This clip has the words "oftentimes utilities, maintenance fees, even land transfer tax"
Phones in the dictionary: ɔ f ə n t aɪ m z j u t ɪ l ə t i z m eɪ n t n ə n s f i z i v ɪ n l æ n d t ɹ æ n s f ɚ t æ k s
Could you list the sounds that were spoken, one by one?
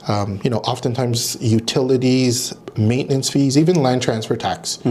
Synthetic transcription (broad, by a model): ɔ f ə n t aɪ m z j u t ɪ l ə t i z m eɪ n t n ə n s f i z i v ɪ n l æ n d t ɹ æ n s f ɚ t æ k s